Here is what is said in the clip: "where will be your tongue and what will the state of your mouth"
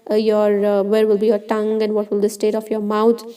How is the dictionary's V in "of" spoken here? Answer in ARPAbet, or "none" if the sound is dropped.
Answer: F